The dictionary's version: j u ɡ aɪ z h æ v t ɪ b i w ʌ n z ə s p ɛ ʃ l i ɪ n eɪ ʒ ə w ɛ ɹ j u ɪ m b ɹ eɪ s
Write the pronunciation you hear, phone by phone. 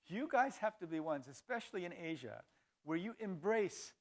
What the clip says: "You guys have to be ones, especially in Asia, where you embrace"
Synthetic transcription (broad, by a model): j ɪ ɡ aɪ z h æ f t ɪ b i w ʌ n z ə s p ɛ ʃ l i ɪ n eɪ ʒ ə w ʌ ɹ j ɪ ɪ m b ɹ eɪ s